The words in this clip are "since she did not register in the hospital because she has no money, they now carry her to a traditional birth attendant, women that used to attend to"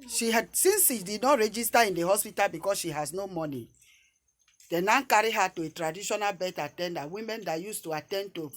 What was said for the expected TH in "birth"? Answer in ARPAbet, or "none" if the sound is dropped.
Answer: T